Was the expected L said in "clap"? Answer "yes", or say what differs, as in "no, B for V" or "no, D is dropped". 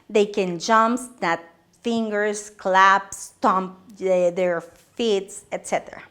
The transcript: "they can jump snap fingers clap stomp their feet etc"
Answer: yes